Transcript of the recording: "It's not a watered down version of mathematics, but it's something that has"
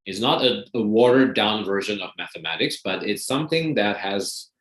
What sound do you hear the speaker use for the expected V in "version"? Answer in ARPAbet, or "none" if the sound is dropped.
V